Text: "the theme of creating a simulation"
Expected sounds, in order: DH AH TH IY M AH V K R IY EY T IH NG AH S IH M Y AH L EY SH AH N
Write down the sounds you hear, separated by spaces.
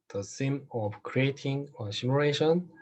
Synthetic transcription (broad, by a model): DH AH S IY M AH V K R IY EY T IH NG AH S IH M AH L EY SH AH N